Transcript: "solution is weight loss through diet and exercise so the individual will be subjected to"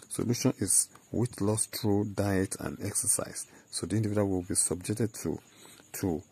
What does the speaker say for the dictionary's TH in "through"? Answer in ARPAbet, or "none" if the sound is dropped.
T